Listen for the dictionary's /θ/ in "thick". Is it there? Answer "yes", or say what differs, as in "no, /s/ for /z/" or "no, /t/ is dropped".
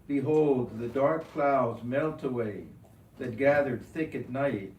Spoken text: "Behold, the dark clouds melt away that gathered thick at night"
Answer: yes